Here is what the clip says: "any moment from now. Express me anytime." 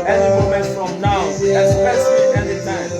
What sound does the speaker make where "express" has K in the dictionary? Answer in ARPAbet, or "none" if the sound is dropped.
none